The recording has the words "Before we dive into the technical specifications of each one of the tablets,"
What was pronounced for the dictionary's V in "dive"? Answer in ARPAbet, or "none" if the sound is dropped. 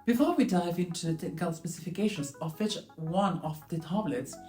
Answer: V